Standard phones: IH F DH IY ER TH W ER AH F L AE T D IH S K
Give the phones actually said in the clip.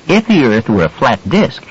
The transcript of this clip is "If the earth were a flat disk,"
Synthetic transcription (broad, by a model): IH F DH IY ER TH W ER AH F L AE T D IH S K